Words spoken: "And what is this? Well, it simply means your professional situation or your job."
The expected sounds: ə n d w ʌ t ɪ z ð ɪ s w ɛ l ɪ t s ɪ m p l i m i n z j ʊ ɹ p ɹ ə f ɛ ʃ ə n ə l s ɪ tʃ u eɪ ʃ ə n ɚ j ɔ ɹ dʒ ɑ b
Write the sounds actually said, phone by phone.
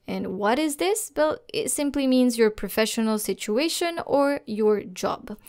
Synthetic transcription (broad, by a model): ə n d w ʌ t ɪ z ð ɪ s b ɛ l ɪ t s ɪ m p l i m i n z j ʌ ɹ p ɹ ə f ɛ ʃ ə n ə l s ɪ tʃ u eɪ ʃ ə n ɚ j ɔ ɹ dʒ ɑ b